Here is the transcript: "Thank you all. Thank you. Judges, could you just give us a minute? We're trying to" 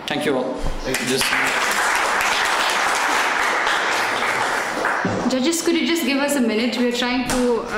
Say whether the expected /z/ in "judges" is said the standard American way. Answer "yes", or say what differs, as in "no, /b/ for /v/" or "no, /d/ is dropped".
no, /s/ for /z/